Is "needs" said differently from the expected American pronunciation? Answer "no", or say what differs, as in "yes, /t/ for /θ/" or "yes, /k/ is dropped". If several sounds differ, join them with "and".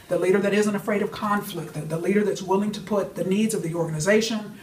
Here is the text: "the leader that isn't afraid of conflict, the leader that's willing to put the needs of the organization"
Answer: no